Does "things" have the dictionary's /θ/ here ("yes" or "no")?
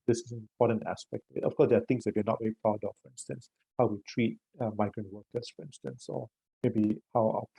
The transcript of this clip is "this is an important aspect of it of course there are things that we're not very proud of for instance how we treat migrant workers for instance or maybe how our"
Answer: no